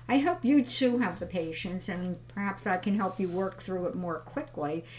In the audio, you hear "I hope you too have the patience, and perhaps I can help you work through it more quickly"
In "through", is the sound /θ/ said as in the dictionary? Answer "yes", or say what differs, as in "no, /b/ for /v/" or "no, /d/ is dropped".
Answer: yes